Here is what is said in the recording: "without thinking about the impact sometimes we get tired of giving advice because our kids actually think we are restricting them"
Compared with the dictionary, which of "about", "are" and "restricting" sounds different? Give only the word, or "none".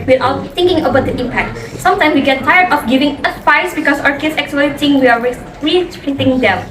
restricting